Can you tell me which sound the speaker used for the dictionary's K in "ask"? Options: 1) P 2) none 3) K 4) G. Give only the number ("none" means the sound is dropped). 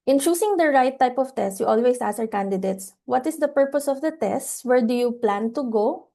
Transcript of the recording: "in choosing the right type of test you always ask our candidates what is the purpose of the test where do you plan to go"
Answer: 2